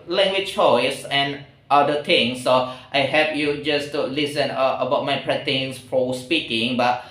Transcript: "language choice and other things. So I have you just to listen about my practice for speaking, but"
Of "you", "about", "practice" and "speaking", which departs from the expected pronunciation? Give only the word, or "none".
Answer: practice